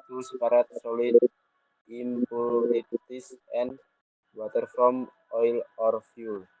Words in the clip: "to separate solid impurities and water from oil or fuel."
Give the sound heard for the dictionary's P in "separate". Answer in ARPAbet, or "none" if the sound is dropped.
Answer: none